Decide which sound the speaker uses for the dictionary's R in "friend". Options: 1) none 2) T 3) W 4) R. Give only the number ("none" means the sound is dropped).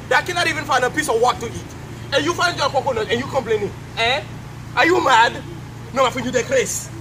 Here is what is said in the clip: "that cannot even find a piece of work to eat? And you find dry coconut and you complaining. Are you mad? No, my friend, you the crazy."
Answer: 1